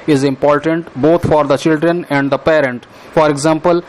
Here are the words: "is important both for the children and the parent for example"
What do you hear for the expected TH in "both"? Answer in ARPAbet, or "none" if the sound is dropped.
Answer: T